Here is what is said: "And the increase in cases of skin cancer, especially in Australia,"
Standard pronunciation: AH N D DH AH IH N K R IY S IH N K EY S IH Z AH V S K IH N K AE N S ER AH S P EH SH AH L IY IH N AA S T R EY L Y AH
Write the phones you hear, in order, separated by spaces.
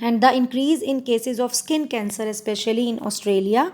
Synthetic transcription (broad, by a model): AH N D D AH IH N K R IY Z IH N K EY S IH Z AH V S K IH N K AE N S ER AH S P EH SH AH L IY IH N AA S T R EY L Y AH